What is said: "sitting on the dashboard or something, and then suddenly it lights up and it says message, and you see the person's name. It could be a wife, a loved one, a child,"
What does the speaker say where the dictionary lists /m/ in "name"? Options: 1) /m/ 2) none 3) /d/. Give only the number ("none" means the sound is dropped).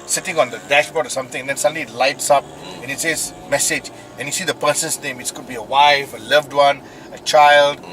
1